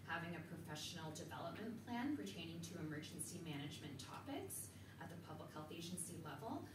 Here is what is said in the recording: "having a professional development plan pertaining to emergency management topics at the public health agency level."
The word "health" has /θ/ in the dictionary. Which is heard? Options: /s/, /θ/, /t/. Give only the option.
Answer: /θ/